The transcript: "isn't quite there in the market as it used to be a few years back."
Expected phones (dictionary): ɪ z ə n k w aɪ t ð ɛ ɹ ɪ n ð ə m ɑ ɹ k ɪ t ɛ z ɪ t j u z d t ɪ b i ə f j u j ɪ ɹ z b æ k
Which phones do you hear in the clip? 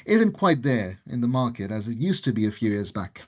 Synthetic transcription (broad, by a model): ɪ z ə n k w aɪ t ð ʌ ɹ ɪ n ð ə m ɑ ɹ k ɪ t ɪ z ɪ t j u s t ɪ b i ə f j u j ɪ ɹ z b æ k